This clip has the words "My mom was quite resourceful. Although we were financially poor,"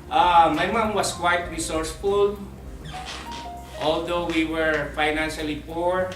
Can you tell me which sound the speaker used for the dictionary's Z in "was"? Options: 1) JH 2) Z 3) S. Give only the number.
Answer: 3